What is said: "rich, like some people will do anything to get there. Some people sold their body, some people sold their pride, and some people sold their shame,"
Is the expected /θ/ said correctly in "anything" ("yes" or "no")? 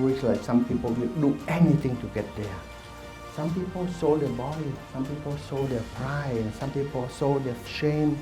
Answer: no